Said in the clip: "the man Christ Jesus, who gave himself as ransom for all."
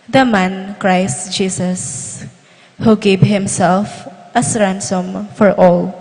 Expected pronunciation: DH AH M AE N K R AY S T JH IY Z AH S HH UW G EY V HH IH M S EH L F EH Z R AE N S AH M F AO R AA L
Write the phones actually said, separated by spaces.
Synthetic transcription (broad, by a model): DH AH M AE N K R AY S T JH IY S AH S HH UW G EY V HH IH M S EH L F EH S R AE N S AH M F AO R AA L